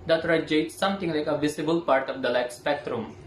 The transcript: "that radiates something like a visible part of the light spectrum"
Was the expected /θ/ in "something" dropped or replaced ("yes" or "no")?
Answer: yes